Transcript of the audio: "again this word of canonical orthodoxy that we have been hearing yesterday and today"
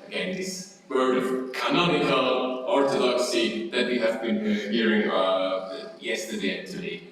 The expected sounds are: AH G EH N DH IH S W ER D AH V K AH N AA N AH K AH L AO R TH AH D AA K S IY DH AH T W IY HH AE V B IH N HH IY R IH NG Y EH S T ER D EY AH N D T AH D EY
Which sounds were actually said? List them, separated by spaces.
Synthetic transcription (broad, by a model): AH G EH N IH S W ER AH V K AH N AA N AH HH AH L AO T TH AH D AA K S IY DH AH T W IY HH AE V B IH N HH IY R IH NG Y EH S T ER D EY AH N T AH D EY